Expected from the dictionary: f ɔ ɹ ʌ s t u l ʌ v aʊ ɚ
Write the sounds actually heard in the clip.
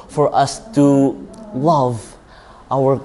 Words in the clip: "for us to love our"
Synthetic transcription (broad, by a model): f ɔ ɹ ʌ s t u l ʌ v aʊ ɚ